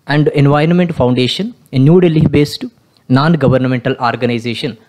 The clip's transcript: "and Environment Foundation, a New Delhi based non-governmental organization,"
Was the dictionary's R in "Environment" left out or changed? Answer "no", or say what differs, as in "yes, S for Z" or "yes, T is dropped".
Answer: no